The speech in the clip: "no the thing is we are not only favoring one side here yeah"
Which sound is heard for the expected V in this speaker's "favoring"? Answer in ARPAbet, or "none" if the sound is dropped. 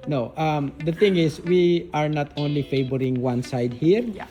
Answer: B